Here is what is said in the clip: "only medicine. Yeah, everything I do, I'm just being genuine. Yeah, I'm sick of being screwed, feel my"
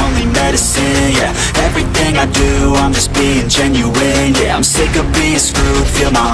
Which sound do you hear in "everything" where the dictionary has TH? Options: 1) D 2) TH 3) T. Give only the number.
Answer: 2